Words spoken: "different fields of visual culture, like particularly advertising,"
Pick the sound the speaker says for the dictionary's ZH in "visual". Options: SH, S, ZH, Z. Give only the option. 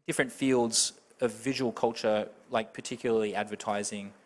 ZH